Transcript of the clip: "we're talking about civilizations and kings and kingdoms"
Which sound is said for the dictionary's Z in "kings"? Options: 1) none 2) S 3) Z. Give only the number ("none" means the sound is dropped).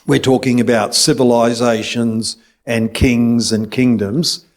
3